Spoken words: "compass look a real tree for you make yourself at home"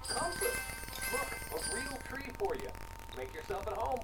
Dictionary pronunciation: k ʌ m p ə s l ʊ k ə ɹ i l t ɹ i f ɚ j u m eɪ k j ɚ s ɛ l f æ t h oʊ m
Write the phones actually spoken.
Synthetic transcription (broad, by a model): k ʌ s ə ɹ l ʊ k ə ɹ i l t ɹ i f ɚ j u m eɪ k j ɚ s ɛ l f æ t h oʊ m